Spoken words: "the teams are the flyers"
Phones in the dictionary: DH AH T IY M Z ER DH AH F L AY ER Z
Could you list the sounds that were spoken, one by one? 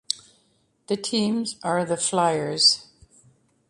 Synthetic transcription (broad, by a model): DH AH T IY M Z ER DH AH F L AY ER Z